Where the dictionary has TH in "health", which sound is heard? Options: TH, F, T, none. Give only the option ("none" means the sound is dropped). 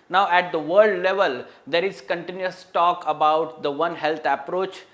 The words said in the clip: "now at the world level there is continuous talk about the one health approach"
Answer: T